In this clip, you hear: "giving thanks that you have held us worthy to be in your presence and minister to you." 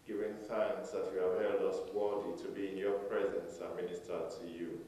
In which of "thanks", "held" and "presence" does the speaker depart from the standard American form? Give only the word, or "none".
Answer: none